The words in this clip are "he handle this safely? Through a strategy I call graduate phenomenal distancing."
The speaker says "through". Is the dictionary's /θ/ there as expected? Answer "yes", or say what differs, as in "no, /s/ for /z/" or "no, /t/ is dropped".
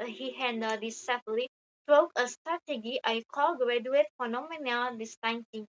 no, /t/ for /θ/